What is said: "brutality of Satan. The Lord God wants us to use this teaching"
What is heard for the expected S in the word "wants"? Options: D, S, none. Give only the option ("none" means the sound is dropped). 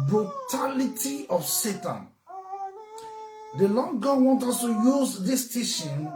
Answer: none